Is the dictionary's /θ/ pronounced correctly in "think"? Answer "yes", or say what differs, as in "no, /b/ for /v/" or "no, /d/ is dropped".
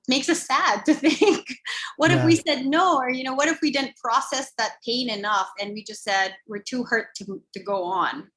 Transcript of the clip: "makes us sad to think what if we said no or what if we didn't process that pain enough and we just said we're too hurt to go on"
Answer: yes